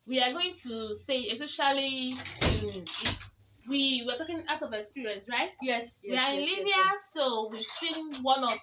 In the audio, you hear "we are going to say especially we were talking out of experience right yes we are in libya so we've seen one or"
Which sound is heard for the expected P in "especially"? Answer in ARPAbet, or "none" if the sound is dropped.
none